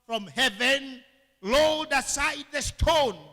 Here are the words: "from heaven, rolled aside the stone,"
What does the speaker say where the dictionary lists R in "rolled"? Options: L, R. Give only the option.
L